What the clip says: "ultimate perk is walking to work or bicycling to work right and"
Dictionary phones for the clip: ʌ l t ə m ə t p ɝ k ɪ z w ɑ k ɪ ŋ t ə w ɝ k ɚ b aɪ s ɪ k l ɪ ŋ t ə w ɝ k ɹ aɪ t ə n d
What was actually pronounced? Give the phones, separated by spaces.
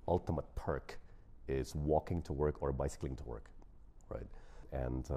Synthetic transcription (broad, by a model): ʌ l t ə m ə t p ɝ k ɪ z w ɑ k ɪ ŋ t ə w ɝ k ɚ b aɪ s ɪ k l ɪ ŋ t ə w ɝ k ɹ aɪ t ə n